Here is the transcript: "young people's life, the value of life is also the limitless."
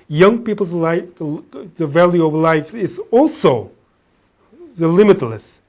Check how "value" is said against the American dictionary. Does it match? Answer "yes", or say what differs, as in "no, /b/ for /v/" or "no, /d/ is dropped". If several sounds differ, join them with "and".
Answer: yes